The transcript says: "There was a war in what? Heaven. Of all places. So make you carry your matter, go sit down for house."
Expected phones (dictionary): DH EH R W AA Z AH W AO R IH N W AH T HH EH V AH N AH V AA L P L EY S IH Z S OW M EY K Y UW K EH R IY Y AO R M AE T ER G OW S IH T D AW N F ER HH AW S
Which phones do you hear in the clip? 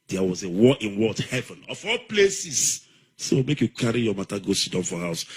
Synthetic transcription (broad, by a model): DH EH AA W AA Z AH W AO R IH N W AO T HH EH V AH N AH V AA L P L EY S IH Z S OW M EY K Y UW K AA R IY Y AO M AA T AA G OW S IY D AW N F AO HH AW S